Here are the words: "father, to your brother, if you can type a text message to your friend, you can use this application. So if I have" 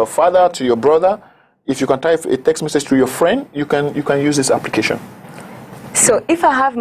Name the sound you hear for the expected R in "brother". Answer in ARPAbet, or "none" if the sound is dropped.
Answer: R